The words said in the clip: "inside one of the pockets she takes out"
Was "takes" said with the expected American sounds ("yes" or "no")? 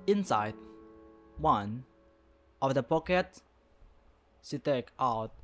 no